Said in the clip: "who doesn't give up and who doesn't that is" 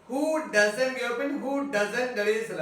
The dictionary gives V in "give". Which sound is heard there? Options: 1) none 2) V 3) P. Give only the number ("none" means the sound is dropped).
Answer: 1